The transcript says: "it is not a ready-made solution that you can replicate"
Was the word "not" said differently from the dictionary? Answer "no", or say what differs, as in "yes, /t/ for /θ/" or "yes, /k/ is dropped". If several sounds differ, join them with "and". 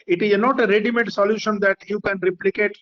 no